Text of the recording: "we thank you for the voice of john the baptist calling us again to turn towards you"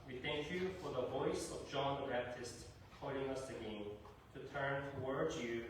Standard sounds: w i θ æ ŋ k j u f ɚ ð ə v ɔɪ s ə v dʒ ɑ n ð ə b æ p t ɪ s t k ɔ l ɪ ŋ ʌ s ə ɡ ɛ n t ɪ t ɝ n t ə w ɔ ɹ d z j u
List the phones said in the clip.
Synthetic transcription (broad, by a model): w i θ æ ŋ k j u f ɚ ð ə v ɔɪ s ə v dʒ ɑ n ð ə b æ p t ɪ s t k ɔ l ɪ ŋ ʌ s ə ɡ ɛ n t ɪ t ɝ n t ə w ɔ ɹ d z j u